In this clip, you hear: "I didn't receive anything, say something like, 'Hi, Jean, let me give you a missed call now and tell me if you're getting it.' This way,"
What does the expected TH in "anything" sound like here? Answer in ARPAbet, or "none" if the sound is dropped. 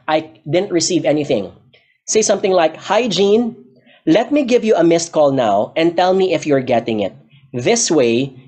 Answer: TH